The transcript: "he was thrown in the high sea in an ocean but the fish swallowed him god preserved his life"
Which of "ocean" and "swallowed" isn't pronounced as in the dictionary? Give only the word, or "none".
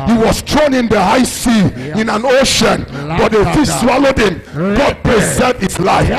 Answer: none